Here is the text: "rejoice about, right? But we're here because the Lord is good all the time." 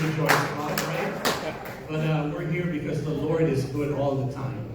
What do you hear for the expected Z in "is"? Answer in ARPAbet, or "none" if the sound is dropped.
Z